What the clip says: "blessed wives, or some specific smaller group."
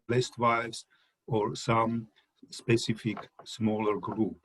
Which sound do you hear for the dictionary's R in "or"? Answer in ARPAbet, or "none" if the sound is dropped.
R